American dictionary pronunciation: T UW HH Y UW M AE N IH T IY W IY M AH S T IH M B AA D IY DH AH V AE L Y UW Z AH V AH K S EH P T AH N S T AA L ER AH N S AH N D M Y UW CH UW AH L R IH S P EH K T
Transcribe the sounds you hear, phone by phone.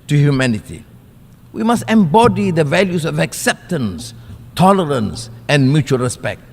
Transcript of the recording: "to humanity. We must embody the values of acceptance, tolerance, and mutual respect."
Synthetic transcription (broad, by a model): T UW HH Y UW M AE N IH T IY W IY M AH S T IH M B AA D IY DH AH V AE L Y UW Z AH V AH K S EH P T AH N S T AA L ER AH N S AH N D M Y UW CH UW AH L R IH S P EH K T